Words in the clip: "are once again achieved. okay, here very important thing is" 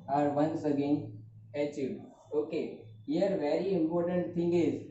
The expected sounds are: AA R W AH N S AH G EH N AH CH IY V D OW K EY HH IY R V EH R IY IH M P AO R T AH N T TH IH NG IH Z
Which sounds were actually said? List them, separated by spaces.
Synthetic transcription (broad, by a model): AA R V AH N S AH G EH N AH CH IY D OW K EY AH R V EH R IY IH M P AO R T AH N T T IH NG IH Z